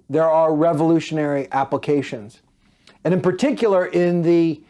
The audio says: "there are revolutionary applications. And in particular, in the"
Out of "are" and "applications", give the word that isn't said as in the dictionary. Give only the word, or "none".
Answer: none